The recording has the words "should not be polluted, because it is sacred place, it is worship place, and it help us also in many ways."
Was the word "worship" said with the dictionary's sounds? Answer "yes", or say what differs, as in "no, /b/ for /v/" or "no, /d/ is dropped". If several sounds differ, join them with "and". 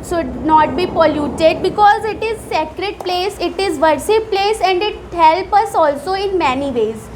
no, /s/ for /ʃ/